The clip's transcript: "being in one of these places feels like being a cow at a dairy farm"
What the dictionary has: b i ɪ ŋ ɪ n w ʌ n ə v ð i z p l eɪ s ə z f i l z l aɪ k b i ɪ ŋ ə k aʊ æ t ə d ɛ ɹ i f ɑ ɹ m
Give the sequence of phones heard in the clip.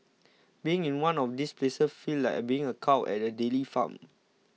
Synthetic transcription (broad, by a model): b i ɪ ŋ ɪ n w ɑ n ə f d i s p l eɪ s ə s f i l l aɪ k b i ɪ ŋ ə k aʊ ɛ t ə d ɛ l i f ɑ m